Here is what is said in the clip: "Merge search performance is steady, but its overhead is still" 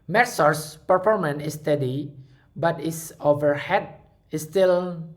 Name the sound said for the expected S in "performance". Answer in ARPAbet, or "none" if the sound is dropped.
none